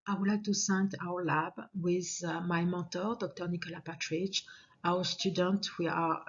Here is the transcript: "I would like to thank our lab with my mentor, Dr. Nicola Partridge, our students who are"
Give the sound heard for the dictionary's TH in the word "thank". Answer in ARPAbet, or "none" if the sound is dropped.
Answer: S